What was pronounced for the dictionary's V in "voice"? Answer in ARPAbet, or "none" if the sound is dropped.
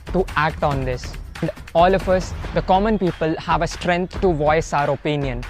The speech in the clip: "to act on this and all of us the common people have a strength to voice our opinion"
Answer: V